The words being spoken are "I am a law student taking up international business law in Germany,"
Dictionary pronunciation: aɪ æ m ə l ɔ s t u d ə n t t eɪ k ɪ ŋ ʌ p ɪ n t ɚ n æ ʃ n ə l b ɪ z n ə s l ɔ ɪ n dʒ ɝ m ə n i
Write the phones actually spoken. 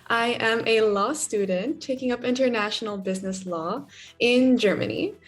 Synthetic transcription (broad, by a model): aɪ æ m ə l ɔ s t u d n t t eɪ k ɪ ŋ ʌ p ɪ n t ɚ n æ ʃ n l b ɪ z n ə s l ɔ ɪ n dʒ ɝ m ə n i